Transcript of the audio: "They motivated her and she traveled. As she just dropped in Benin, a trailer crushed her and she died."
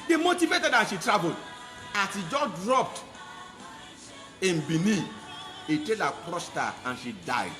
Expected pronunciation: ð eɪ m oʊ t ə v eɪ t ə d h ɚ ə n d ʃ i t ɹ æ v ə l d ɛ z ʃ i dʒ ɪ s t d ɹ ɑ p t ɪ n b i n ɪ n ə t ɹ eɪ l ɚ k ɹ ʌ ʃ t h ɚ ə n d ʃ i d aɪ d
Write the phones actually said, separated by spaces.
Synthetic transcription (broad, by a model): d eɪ m oʊ t ə v eɪ t ə d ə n ʃ i t ɹ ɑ v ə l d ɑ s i dʒ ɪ d ɹ ɑ p t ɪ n b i n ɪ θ ə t eɪ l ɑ k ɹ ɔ s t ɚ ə n ʃ i d aɪ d